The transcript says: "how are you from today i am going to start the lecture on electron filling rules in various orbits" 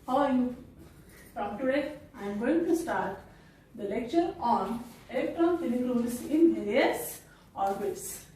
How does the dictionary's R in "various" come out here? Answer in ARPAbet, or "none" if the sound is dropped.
L